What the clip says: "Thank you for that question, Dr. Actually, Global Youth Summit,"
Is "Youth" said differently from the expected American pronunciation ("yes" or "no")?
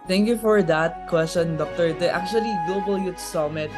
yes